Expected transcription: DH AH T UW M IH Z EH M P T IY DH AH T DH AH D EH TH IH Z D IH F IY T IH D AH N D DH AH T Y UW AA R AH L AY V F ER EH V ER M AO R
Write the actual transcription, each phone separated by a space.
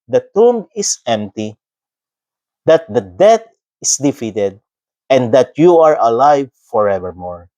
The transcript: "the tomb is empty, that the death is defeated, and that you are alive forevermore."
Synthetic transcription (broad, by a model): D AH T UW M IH S EH M P T IY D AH T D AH D EH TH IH S D IH F IY T IH D AH N D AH T Y UW AA R AH L AY V F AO EH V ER M AO R